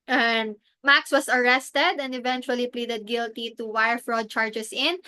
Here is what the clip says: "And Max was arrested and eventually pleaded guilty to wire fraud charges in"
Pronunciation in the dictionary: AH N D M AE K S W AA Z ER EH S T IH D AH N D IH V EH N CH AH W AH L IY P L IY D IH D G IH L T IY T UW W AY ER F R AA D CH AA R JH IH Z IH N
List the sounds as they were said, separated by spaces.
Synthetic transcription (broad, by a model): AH N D M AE K S W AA S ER EH S T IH D AH N D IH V EH N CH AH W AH L IY P L IY D IH D G IH L T IY T UW W AY ER F R AA D CH AA R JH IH S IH N